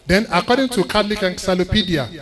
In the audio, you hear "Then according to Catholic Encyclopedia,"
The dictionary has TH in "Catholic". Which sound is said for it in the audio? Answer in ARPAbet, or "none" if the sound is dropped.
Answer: T